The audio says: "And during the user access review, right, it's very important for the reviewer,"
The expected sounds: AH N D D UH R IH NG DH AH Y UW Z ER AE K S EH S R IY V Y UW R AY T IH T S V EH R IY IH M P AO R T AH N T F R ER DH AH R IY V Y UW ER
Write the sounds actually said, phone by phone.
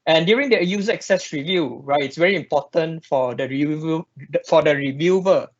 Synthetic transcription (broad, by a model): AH N D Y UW R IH NG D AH Y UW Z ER K S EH S R IY V Y UW R AY T IH T S V EH R IY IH M P AO T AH N T F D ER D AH R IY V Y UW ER